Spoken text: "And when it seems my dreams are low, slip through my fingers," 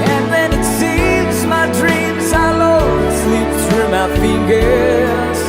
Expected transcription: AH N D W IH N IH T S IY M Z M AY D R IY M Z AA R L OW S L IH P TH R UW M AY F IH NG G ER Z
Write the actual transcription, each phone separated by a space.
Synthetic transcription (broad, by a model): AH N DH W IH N IH T S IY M Z M AY D R IY M Z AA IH L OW S L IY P S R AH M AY F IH NG G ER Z